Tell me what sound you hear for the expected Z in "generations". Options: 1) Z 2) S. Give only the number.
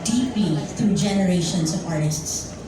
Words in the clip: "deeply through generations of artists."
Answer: 2